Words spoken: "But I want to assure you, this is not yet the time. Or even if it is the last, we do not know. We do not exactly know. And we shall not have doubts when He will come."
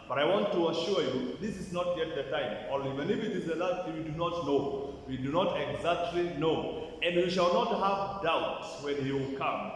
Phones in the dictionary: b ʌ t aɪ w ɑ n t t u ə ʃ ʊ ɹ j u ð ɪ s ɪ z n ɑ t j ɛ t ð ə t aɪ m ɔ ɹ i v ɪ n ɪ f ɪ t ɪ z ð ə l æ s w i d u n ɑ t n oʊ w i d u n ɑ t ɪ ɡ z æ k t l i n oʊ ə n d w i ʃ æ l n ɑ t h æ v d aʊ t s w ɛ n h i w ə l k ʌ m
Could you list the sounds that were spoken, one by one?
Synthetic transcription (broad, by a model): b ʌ t aɪ w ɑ n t t u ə ʃ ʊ ɹ j u ð ɪ s ɪ z n ɑ t j ɛ t ð ə t aɪ m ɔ l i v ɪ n ɪ f ɪ t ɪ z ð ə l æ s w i d u n ɑ t n oʊ w i d u n ɑ t ɪ ɡ z æ k t l i n oʊ ə n d w i ʃ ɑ l n ɑ t h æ v d aʊ t s w ɛ n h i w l k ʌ m